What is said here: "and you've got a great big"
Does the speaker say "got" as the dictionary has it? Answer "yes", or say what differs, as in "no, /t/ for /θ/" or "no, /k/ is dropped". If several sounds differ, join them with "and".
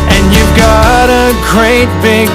yes